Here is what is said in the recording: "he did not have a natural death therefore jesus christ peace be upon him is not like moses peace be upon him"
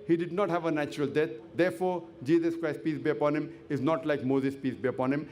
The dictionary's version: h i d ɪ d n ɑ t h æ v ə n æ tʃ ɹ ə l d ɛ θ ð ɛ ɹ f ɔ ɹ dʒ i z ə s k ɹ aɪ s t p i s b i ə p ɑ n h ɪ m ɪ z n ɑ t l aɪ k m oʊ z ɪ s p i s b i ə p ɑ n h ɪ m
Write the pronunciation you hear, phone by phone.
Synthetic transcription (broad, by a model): h i d ɪ d n ɑ t h æ v ə n æ tʃ ɹ ə l d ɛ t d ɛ ɹ f ɔ ɹ dʒ i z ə s k ɹ aɪ s t p i s b i ə p ɑ n h ɪ m ɪ z n ɑ t l aɪ k m oʊ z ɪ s p i s b i ə p ɑ n h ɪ m